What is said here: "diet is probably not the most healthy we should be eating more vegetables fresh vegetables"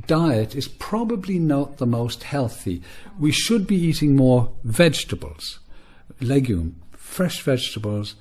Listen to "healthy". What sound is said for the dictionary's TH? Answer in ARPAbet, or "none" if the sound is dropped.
TH